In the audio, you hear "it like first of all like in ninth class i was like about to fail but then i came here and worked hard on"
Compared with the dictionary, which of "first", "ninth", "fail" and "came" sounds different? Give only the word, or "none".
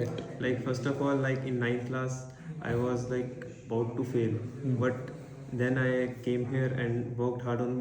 ninth